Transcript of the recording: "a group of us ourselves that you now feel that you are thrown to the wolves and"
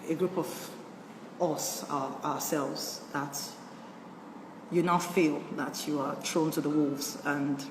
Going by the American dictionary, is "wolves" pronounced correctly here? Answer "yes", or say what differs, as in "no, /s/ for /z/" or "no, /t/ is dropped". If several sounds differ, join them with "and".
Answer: yes